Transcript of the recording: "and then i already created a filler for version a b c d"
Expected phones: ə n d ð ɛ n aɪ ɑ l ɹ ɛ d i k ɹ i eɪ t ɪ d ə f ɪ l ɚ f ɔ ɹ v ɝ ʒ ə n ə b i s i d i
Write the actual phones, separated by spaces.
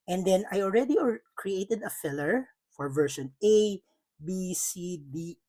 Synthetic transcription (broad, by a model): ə n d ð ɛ n aɪ ɑ l ɹ ɛ d i k ɹ i eɪ t ɪ d ə f ɪ l ɚ f ɔ ɹ v ɝ ʃ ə n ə b i s i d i